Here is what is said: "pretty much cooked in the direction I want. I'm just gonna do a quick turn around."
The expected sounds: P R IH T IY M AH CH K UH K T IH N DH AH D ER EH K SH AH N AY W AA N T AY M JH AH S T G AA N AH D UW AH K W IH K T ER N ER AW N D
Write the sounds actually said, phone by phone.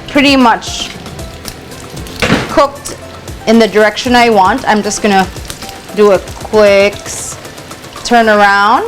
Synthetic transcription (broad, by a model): P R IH T IY M AH CH K UH K T IH N DH AH D ER EH K SH AH N AY W AA N T AY M JH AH S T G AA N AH D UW AH K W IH K T ER N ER AW N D